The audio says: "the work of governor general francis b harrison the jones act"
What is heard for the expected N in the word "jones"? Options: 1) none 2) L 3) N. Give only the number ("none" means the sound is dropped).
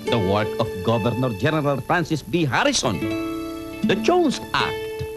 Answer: 1